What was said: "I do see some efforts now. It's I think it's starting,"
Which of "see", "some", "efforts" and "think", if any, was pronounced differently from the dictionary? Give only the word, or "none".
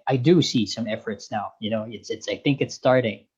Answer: none